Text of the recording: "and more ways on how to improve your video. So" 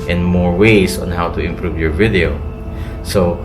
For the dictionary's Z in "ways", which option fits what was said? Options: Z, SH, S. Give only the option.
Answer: S